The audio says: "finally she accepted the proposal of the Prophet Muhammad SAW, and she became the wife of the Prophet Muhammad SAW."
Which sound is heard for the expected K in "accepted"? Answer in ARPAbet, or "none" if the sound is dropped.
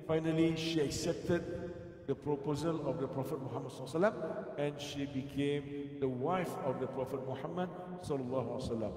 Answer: K